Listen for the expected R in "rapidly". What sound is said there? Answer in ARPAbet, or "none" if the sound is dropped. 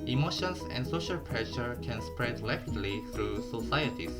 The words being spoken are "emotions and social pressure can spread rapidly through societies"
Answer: L